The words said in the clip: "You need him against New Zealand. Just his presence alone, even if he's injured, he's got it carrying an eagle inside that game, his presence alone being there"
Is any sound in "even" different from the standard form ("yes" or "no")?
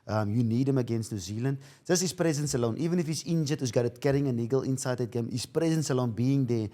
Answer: no